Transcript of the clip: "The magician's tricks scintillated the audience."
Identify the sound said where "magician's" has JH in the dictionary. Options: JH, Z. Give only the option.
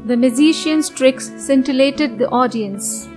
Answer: Z